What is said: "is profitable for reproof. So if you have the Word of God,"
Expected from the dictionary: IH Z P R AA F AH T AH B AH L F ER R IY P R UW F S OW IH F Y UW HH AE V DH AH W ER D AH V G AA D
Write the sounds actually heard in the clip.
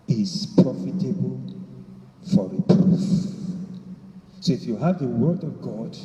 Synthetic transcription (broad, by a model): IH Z P R AA F AH T AH B AH L F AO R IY P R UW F S OW IH F Y UW HH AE V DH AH W ER D AH V G AA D